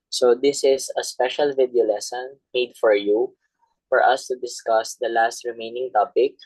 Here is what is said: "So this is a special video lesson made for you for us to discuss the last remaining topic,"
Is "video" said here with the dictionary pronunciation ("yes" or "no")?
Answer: yes